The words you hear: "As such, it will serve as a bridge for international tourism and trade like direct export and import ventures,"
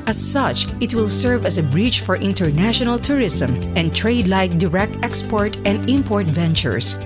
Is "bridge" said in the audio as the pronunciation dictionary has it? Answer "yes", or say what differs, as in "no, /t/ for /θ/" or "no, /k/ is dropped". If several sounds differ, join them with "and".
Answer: no, /tʃ/ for /dʒ/